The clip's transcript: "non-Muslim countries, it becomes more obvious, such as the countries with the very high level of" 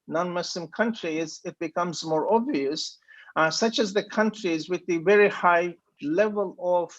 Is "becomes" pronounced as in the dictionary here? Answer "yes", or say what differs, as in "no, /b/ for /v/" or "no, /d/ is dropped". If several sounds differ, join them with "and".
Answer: yes